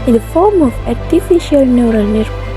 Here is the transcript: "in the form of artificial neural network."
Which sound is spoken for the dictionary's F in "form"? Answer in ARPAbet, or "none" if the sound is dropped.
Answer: F